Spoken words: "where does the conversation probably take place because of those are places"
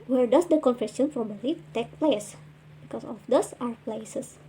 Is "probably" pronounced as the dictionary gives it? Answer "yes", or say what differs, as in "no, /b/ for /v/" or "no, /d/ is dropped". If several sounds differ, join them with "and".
no, /f/ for /p/ and /b/ is dropped